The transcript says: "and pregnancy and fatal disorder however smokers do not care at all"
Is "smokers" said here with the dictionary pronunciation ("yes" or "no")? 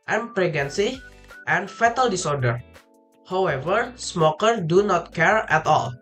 no